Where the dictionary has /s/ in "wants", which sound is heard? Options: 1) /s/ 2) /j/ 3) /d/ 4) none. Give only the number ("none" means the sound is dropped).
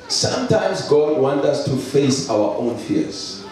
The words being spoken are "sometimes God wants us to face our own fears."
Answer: 4